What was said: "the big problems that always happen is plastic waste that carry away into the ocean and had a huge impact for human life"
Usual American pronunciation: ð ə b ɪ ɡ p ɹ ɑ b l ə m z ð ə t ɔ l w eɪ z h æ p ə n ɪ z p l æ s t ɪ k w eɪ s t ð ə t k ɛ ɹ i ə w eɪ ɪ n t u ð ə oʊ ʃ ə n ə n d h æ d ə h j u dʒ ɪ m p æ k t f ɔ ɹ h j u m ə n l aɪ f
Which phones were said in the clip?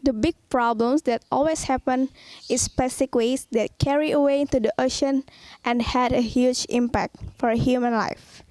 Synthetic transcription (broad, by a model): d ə b ɪ ɡ p ɹ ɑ b l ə m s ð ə t ɔ l w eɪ s h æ p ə n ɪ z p ɛ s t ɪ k w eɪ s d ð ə t k ɛ ɹ i ə w eɪ ɪ n t u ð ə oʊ ʃ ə n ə n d h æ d ə h j u dʒ ɪ m p æ k t f ɔ ɹ h j u m ə n l aɪ f